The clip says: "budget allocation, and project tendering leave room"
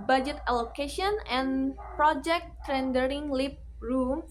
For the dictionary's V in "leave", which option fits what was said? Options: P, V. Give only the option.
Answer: P